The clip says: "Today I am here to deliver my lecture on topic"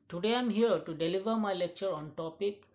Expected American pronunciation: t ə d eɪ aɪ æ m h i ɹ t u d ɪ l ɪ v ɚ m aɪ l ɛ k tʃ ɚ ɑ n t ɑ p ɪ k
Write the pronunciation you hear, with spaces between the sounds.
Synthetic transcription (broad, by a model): t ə d eɪ aɪ m h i ɹ t u d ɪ l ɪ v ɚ m aɪ l ɛ k tʃ ɚ ɑ n t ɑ p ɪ k